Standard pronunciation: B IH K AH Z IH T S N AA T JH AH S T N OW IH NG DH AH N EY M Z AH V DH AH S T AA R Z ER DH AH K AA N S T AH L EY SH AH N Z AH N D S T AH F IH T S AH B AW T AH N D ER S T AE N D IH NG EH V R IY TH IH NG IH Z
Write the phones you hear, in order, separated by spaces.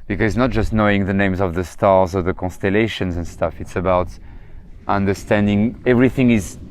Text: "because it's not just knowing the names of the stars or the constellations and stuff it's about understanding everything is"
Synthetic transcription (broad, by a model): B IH K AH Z IH T S N AA T JH AH S T N OW IH NG DH AH N EY M Z AH V DH AH S T AA R Z ER DH AH K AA N S T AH L EY SH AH N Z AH N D S T AH F IH T S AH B AW T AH N D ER S T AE N D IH NG EH V R IY TH IH NG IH Z